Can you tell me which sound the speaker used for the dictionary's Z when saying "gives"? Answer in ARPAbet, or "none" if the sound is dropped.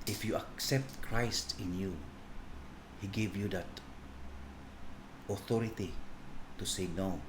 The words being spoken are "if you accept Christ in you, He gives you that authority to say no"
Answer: none